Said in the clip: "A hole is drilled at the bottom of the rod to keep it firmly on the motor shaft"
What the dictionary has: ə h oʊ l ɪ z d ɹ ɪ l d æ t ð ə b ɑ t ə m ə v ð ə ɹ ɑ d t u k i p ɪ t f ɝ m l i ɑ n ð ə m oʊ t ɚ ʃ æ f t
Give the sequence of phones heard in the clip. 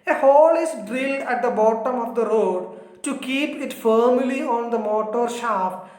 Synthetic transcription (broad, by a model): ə h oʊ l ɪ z d ɹ ɪ l d æ t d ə b ɑ t ə m ə v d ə ɹ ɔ d t u k i p ɪ t f ɝ m l i ɑ n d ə m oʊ t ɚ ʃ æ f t